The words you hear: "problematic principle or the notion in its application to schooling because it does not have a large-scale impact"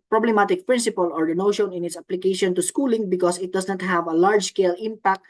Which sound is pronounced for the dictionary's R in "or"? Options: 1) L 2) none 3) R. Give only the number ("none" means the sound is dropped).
3